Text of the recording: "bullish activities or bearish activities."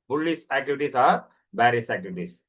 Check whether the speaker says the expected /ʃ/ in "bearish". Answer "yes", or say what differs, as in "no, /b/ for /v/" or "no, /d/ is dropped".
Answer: no, /s/ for /ʃ/